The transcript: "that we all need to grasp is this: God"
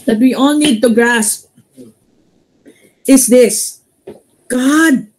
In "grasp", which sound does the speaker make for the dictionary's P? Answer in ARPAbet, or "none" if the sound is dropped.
P